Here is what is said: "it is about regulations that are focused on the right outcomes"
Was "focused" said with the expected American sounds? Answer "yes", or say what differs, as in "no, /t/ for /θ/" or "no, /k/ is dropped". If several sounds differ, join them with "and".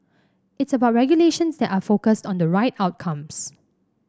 yes